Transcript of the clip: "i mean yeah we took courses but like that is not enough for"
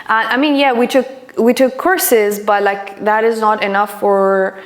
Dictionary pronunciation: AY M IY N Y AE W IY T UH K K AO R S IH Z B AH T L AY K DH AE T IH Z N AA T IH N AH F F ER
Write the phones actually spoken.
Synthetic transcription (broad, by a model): AY M IY N Y AE W IY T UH K K AO R S IH Z B AH T L AY K DH AE T IH Z N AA T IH N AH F F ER